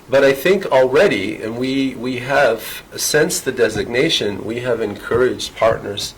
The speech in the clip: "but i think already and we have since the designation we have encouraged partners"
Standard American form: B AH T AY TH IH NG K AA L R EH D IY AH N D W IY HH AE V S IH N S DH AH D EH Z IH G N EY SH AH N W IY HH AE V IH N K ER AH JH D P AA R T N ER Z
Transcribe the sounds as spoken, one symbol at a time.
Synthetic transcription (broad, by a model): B AH T AY TH IH NG K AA L R EH D IY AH N W IY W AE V S IH N S DH AH D EH Z IH G N EY SH AH N W IY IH V IH N K ER AH JH D P AA R T N ER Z